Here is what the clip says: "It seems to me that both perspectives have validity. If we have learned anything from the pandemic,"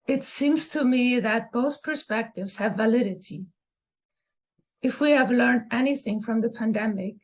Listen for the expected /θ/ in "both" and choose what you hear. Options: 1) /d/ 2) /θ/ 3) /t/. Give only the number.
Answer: 2